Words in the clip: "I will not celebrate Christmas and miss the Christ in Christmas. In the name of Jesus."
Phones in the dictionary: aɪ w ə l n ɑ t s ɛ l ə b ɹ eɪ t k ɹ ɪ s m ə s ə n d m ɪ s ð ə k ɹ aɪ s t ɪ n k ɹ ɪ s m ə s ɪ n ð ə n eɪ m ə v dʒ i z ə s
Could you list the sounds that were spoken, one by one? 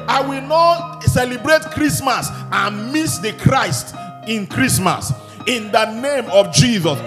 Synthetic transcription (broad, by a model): aɪ w ə l n ɑ t s ɛ l ə b ɹ eɪ t k ɹ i s m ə s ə n m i s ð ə k ɹ aɪ s t ɪ n k ɹ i s m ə s ɪ n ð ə n eɪ m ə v dʒ i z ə s